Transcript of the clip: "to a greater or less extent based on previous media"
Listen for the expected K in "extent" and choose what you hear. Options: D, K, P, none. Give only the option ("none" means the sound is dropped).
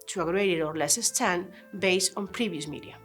none